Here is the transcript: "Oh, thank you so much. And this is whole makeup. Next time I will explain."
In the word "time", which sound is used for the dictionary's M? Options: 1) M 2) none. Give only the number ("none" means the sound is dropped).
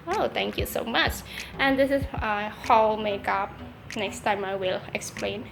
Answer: 1